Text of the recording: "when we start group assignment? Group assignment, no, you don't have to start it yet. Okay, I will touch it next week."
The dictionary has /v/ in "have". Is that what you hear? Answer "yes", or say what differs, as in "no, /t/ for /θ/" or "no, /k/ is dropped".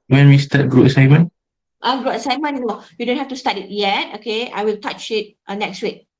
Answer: no, /f/ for /v/